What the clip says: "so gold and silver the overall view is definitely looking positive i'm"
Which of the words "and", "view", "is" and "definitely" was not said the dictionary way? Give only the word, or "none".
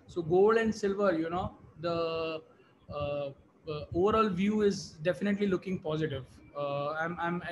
none